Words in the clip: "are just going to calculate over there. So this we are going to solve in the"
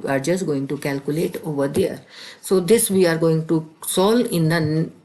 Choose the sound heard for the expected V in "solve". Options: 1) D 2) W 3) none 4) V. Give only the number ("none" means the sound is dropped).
3